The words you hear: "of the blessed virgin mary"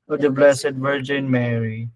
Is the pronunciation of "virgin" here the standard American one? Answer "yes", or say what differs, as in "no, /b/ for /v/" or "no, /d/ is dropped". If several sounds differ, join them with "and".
yes